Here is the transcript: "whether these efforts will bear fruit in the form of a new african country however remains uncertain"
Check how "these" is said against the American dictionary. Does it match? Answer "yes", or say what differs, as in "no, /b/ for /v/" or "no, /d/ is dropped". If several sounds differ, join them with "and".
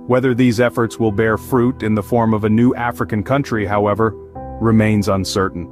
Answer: yes